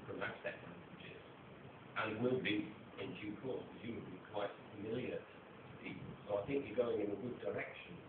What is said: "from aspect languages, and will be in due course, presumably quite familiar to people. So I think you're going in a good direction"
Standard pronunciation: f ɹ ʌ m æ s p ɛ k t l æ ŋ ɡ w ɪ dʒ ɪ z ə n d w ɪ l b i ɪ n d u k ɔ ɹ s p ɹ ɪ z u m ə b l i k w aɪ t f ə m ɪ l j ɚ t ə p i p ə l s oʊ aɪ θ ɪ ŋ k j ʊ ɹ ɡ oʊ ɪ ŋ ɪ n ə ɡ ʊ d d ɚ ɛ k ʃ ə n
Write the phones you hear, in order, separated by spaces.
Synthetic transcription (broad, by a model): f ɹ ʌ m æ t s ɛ t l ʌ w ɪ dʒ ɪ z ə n w ɪ l b i ɪ n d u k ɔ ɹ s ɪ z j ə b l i k w aɪ t f ə m ɪ l j ɚ t ə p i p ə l s oʊ aɪ θ ɪ ŋ k j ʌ ɹ ɡ oʊ ɪ ŋ ɪ n ə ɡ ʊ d d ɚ ɛ k ʃ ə n